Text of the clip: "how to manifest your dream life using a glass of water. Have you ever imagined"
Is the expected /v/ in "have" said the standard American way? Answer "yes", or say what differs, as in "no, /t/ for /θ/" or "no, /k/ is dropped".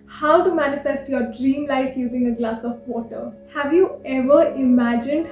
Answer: yes